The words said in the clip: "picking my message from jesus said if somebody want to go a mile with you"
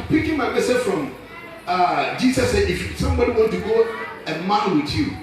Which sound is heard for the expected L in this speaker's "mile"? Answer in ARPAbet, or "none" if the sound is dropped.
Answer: N